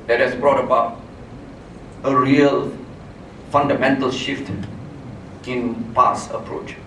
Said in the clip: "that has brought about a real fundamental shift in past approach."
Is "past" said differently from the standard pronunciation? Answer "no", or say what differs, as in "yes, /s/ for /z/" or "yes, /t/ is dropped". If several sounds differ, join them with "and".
yes, /t/ is dropped